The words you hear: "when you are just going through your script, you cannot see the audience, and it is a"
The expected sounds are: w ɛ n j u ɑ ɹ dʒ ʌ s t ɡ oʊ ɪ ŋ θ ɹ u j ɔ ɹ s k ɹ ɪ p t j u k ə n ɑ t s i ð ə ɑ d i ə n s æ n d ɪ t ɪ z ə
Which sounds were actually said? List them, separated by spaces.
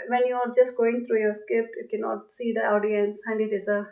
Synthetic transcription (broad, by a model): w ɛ n j u ɑ ɹ dʒ ʌ s t ɡ oʊ ɪ ŋ t ɹ u j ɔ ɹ s k ɪ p j u k ə n ɑ t s i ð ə ɑ d i ə n s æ n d ɪ t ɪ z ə